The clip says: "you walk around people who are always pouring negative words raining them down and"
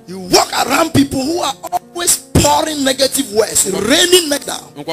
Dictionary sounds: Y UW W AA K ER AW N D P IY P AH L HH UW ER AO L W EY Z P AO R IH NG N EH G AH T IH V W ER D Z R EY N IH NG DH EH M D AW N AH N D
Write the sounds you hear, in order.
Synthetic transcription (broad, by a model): Y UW W AA K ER AW N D P IY P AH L HH UW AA AO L W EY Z P AO R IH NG N EH G AH T IH V W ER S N R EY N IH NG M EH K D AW AH